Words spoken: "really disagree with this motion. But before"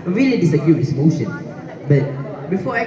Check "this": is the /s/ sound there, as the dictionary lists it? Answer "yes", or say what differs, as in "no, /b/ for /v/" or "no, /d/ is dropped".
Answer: no, /s/ is dropped